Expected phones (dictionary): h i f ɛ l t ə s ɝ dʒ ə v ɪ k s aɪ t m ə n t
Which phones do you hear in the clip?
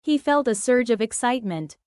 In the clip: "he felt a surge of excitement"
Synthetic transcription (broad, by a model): h i f ɛ l t ə s ɝ dʒ ə v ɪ k s aɪ t m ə n t